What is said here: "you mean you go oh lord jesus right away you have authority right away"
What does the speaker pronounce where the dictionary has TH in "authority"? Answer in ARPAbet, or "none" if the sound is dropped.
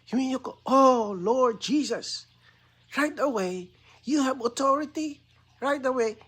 T